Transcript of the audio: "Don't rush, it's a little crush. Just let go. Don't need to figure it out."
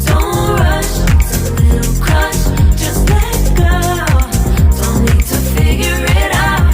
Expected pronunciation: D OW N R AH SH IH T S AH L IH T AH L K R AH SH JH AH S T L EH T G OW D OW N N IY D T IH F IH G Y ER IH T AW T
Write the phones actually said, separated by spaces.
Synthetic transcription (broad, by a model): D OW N R AH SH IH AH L IH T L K AH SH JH AH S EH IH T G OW D OW N N IY D T IH F IH G Y ER IH T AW